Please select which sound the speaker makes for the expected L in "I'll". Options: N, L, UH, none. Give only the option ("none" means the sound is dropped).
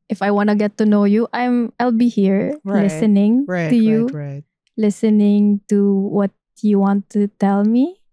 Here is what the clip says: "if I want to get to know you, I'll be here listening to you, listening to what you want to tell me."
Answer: L